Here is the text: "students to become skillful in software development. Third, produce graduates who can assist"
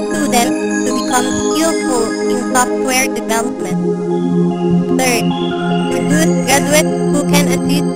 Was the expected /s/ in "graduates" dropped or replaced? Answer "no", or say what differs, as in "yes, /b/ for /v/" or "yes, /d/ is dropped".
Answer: yes, /s/ is dropped